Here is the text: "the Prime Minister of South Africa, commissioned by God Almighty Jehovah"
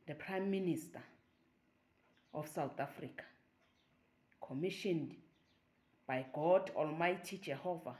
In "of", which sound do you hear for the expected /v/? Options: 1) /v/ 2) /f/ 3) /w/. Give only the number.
2